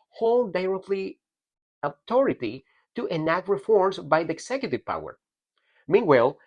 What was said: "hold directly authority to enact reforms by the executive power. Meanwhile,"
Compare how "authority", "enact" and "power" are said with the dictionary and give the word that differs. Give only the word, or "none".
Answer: authority